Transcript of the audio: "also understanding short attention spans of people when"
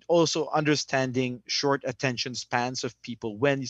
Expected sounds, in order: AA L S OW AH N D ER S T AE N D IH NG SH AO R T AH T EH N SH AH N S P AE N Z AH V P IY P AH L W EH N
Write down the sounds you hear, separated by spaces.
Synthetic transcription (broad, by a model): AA L S OW AH N D ER S T AE N D IH NG SH AO R T AH T EH N SH AH N S P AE N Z AH V P IY P AH L W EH N